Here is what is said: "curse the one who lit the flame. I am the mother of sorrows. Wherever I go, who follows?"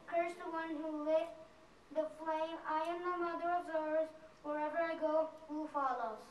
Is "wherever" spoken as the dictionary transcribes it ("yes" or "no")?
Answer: yes